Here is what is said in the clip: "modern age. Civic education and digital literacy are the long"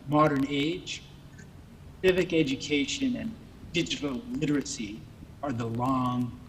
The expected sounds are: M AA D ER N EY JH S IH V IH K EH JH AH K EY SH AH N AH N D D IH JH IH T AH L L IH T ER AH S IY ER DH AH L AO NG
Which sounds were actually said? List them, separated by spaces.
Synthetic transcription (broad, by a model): M AA D ER N EY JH S IH V IH K EH JH AH K EY SH AH N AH N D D IH JH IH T L L IH T ER AH S IY ER DH AH L AO NG